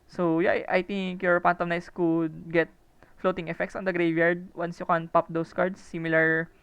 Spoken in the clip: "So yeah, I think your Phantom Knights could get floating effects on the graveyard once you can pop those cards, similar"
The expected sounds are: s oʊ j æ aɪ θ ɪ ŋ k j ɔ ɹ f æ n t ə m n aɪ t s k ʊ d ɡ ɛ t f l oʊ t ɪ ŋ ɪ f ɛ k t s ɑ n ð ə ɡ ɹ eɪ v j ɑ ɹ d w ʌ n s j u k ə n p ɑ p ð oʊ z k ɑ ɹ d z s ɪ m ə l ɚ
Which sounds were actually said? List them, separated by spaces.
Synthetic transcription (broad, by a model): s oʊ j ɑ aɪ t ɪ ŋ k j ɔ ɹ p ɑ n t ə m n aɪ s k ʊ d ɡ ɛ t f l oʊ t ɪ ŋ ɪ f ɛ k t s ɑ n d ə ɡ ɹ eɪ v j ɑ ɹ d w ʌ n s j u k ə n p ɑ p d oʊ s k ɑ ɹ d s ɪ m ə l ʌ